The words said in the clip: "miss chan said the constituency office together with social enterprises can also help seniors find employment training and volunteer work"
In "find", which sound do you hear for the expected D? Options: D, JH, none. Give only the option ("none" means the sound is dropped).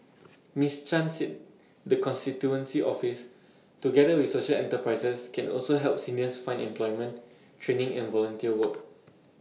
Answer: none